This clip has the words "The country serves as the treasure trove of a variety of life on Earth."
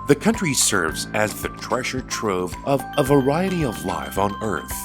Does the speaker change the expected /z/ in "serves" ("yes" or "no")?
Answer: no